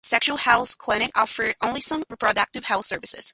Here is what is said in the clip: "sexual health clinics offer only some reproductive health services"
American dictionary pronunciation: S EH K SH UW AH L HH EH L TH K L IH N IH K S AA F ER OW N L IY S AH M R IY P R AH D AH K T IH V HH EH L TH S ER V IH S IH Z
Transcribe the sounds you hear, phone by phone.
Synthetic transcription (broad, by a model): S EH K SH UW L HH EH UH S K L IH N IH K AA F ER OW N L IY S AH M R IY P R AH D AH K T IH V HH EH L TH S ER V IH S IH Z